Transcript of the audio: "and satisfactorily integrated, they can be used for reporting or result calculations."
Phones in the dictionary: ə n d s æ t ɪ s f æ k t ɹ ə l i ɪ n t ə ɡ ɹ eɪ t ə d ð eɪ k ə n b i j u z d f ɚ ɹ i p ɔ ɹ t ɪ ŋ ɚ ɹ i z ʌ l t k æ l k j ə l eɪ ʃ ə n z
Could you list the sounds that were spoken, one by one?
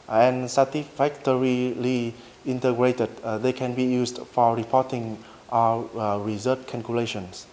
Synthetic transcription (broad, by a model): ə n s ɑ t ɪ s f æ k t ɹ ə l i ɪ n t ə ɡ ɹ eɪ t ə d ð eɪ k ə n b i j u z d f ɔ ɹ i p ɔ t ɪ ŋ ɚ ɹ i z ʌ t k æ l k j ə l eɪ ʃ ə n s